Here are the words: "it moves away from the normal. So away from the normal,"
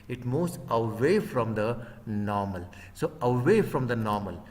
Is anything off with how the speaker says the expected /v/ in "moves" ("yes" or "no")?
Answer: yes